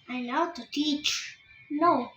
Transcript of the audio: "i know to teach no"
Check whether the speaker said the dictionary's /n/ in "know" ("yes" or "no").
no